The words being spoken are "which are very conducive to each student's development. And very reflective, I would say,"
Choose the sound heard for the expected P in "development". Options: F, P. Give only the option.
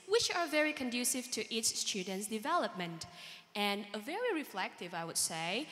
P